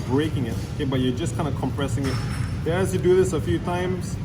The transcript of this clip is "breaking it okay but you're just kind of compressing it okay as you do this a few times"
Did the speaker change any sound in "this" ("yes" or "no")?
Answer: no